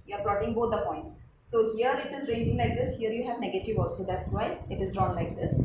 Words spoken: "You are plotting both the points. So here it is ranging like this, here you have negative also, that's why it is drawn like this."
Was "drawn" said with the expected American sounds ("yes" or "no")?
yes